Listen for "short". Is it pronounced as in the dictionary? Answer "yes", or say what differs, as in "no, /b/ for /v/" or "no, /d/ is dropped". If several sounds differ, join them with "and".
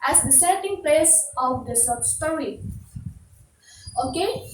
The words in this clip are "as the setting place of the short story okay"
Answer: no, /s/ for /ʃ/